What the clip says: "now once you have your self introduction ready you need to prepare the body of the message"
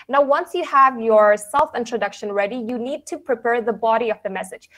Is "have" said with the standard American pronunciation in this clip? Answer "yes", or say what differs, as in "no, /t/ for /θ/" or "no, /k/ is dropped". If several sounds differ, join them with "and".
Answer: yes